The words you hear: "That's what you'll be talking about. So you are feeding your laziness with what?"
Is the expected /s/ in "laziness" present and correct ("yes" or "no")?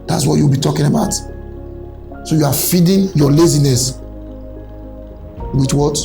yes